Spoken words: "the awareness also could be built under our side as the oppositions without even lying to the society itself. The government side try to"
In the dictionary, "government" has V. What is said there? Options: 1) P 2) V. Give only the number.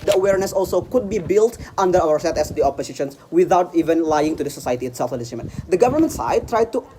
2